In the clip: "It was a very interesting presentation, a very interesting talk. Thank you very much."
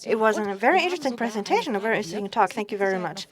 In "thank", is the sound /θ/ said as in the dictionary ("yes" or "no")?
yes